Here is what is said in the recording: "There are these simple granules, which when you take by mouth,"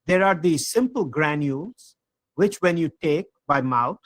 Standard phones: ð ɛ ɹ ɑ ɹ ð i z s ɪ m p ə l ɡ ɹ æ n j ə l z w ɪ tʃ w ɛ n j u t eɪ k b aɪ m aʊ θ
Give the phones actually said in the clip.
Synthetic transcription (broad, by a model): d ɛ ɹ ɑ ɹ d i s ɪ m p ə l ɡ ɹ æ n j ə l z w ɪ tʃ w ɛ n j u t eɪ k b aɪ m aʊ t